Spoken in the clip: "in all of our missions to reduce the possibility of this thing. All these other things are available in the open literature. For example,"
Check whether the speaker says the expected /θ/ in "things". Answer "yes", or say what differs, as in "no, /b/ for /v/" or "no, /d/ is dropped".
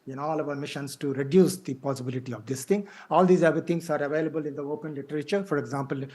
no, /t/ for /θ/